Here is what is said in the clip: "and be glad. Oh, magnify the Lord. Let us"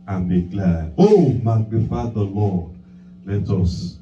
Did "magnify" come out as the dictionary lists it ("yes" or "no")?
no